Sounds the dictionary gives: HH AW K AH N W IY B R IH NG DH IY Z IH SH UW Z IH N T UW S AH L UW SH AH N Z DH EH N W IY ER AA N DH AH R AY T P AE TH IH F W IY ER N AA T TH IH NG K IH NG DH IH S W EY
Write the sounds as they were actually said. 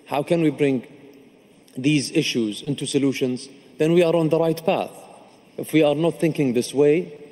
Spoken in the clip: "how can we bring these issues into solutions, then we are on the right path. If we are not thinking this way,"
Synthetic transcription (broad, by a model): HH AW K AH N W IY B R IH NG DH IY Z IH SH UW Z IH N T UW S AH L UW SH AH N Z DH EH N W IY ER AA N DH AH R AY T P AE TH IH F W IY ER N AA T TH IH NG K IH NG DH IH S W EY